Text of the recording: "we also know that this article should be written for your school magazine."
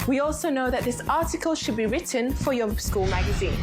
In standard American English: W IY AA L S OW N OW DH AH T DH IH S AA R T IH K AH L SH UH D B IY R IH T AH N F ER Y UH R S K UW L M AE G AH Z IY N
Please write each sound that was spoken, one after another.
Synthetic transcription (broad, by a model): W IY AA L S OW N OW DH AH T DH IH S AA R T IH K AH L SH UH D B IY R IH T AH N F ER Y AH S K UW L M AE G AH Z IY N